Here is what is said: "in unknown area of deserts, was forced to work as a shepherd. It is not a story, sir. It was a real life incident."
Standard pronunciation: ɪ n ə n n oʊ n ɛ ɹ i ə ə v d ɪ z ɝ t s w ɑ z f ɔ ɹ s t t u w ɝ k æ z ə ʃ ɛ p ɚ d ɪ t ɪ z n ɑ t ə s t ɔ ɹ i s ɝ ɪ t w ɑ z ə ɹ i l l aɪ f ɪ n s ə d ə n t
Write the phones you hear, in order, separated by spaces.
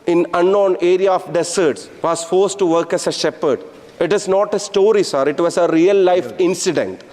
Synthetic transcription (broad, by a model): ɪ n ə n n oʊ n ɛ ɹ i ə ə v d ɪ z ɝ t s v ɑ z f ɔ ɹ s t t u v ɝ k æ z ə ʃ ɛ p ɚ d ɪ t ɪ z n ɑ t ə s t ɔ ɹ i s ɝ ɪ t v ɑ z ə ɹ i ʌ l aɪ f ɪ n s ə d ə n t